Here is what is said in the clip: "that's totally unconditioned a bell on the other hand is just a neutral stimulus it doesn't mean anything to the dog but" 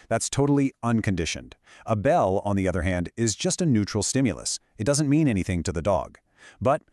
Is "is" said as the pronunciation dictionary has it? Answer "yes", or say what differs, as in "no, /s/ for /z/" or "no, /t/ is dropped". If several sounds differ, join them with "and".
yes